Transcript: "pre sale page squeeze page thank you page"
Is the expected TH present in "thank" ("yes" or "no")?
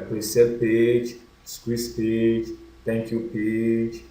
no